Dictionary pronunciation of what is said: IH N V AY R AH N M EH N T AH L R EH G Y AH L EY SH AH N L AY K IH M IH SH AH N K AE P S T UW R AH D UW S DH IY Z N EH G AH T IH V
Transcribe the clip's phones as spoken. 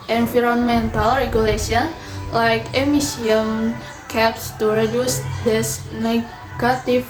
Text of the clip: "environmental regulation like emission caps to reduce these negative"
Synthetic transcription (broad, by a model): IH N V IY R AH N M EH N T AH L R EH G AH L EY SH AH N L AY K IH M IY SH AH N K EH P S T UW R AH D UW S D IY S N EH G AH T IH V